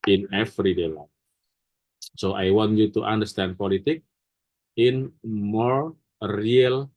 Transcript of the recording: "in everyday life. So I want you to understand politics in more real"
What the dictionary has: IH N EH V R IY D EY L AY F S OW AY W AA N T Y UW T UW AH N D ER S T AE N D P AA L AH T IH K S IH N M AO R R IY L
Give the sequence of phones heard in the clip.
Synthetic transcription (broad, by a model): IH N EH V R IY D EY L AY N S OW AY W AA N T Y UW T UW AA N D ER S T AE N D P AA L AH T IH K IH N M AO R R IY L